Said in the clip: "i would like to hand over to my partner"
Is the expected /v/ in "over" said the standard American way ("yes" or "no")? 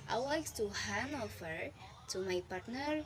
no